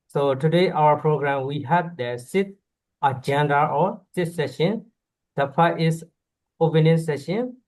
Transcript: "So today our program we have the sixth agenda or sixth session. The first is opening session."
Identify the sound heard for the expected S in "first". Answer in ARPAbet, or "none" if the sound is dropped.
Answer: none